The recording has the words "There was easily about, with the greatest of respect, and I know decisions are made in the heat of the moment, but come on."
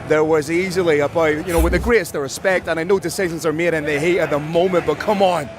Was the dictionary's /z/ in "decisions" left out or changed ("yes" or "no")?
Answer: no